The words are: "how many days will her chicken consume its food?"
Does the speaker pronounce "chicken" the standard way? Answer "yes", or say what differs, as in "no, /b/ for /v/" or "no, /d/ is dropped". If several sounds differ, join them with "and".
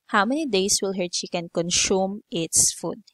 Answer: no, /ʃ/ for /tʃ/